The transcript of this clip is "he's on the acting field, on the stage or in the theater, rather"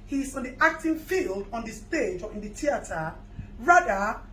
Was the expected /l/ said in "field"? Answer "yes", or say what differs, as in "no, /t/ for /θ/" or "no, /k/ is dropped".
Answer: yes